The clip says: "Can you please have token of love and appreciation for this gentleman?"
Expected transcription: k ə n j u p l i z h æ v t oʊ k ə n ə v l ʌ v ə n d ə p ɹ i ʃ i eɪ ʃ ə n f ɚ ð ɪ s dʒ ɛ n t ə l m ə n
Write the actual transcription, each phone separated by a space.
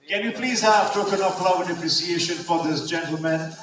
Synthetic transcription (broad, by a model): k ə n j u p l i z h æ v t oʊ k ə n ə p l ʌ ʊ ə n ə p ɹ i s i eɪ ʃ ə n f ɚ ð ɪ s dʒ ɛ n t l m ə n